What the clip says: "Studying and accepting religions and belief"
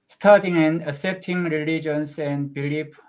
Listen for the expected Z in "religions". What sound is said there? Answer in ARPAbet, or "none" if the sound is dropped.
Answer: S